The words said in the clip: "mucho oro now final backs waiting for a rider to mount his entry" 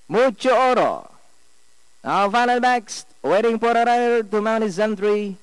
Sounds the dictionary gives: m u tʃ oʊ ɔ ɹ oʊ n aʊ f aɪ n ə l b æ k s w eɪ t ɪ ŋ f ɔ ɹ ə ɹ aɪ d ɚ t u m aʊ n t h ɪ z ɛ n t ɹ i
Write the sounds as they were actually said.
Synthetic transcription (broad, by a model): m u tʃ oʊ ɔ ɹ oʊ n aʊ f aɪ n ə l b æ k s w eɪ t ɪ ŋ p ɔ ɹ ə ɹ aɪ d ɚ t u m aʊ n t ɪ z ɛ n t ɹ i